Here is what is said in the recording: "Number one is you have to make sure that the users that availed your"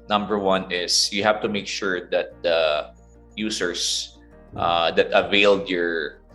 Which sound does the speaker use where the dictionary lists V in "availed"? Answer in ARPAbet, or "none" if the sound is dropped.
V